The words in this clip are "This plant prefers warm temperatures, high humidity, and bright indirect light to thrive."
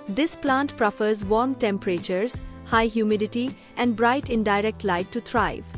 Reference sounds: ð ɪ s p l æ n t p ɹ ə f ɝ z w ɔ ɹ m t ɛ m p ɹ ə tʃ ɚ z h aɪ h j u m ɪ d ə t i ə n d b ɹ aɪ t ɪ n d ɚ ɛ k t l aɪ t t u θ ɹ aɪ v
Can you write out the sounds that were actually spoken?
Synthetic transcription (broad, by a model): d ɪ s p l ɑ n t p ɹ ə f ɝ z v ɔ ɹ m t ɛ m p ɹ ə tʃ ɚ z h aɪ h j u m ɪ d ə t i ə n d b ɹ aɪ t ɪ n d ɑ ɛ k t l aɪ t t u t ɹ aɪ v